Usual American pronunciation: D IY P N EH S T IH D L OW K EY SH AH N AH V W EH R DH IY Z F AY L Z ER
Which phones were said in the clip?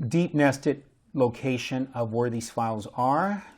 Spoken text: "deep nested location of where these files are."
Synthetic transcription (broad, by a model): D IY P N EH S T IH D L OW K EY SH AH N AH V W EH R DH IY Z F AY L Z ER